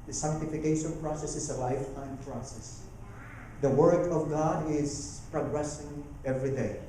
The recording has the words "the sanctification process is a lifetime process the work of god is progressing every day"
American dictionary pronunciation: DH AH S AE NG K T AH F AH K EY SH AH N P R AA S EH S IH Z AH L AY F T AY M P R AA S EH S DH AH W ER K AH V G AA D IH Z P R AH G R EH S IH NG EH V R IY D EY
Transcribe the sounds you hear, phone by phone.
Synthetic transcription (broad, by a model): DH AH S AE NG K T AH F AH K EY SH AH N P R AA S EH S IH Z AH L AY F T AY M P R AA S EH S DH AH W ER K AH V G AA D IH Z P R AH G R EH S IH NG EH V R IY D EY